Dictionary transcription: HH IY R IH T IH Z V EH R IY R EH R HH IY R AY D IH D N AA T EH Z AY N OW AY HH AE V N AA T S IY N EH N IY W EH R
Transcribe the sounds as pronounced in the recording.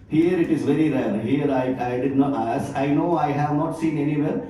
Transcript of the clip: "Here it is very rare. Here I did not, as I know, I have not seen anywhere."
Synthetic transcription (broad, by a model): HH IY R IH T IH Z V EH R IY R EH R HH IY R AY D IH D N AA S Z AY N OW AY HH AE V N AA T S IY N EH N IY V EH R